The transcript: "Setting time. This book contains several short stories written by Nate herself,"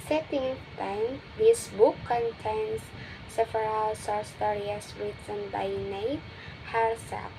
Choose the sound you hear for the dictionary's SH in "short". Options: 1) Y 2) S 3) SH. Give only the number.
2